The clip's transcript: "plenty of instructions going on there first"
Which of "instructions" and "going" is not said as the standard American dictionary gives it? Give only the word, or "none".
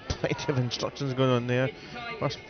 none